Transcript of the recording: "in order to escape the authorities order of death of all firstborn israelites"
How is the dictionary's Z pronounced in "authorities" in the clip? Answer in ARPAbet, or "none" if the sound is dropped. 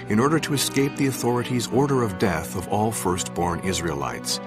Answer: Z